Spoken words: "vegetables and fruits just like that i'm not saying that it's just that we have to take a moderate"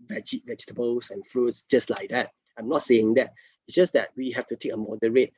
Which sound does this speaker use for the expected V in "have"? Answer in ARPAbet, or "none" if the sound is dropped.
F